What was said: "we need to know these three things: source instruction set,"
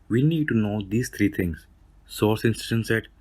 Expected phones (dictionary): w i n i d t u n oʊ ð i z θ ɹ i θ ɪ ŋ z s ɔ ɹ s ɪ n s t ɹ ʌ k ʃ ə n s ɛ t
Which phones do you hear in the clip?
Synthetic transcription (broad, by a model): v i n i d t u n oʊ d i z t ɹ i t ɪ ŋ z s ɔ ɹ s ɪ n s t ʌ ʃ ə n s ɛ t